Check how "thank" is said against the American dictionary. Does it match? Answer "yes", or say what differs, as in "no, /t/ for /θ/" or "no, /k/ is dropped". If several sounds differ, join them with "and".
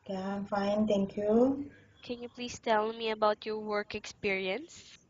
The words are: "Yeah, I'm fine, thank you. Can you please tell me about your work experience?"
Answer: no, /t/ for /θ/